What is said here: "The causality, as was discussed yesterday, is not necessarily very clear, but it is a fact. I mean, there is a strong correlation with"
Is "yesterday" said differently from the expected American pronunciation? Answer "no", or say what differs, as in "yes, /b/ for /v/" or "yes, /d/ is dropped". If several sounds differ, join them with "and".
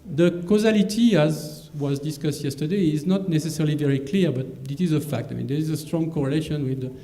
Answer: no